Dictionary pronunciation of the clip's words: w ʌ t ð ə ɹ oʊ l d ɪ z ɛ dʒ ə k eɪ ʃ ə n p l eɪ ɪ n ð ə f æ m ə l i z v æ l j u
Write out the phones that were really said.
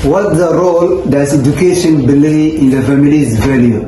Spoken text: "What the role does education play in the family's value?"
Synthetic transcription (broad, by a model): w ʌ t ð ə ɹ oʊ l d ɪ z ɛ dʒ ə k eɪ ʃ ə n b l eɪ ɪ n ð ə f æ m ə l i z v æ l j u